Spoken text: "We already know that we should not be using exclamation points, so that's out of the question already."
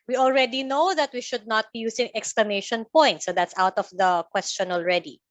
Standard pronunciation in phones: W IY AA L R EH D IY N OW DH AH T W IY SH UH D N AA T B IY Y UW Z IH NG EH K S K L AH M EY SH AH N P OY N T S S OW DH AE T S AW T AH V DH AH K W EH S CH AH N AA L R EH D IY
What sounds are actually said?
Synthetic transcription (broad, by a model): W IY AA L R EH D IY N OW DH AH T W IY SH UH D N AA T B IY Y UW S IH NG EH K S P L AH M EY SH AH N P OY N T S S OW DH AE T S AW T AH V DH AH K W EH S CH AH N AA L R EH D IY